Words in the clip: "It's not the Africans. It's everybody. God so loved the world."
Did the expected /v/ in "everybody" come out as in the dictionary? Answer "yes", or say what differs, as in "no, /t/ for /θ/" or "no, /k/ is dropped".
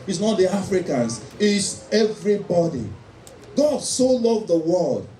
yes